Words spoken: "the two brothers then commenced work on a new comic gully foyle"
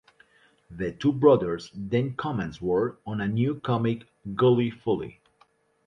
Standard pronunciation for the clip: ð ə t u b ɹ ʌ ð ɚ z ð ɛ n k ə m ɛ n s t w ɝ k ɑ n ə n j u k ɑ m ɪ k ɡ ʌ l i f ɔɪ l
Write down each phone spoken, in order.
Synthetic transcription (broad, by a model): ð ə t u b ɹ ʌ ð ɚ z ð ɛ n k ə m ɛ n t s w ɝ ɑ n ə n j u k ɑ m ɪ k ɡ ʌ l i f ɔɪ l